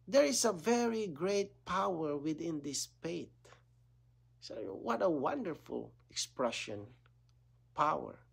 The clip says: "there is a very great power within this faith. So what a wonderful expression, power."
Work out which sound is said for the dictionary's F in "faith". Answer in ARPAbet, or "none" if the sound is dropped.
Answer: P